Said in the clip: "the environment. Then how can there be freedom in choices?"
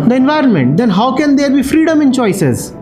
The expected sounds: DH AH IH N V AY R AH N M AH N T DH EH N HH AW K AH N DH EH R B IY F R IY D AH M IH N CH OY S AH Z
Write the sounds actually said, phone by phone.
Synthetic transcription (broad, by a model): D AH IH N V AY R AH N M AH N T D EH N HH AW K AH N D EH R B IY F R IY D AH M IH N CH OY S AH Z